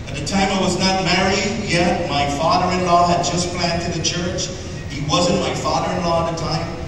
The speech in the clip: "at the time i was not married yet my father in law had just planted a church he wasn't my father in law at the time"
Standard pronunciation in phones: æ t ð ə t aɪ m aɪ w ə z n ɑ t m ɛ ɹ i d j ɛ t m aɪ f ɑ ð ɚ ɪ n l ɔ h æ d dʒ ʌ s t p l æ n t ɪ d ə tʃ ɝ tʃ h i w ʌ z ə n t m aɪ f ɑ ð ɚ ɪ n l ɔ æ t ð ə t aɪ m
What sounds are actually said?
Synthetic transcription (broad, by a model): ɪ t ð ə t aɪ m aɪ w ə z n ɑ t m ɛ ɹ i d j ɛ t m aɪ f ɑ ð ɚ ɪ n l ɔ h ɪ d dʒ ʌ s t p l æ n t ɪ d ə tʃ ɝ tʃ h i w ʌ z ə n m aɪ f ɑ ð ɚ ɪ n l ɔ ð ə t aɪ m